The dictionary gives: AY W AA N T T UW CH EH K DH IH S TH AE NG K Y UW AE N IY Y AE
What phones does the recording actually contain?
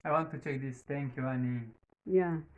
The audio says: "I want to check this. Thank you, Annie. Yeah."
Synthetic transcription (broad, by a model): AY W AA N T T UW CH EH K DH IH S T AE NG K Y UW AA N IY Y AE